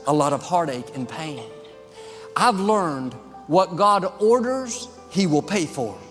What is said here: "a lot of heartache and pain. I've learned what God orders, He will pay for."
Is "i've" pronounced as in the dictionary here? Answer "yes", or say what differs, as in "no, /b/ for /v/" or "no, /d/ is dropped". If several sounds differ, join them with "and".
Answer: yes